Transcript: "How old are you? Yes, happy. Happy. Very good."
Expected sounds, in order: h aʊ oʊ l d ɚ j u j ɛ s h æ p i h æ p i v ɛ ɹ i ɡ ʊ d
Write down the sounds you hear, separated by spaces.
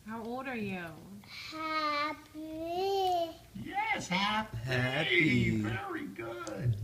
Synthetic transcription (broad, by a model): h aʊ oʊ l d ɚ j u j ɛ s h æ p h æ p i v ɛ ɹ i ɡ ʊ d